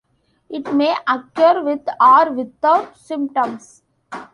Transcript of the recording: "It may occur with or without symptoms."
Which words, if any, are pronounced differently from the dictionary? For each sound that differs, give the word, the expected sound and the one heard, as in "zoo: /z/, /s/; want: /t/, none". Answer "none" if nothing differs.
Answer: without: /θ/, /t/; symptoms: /z/, /s/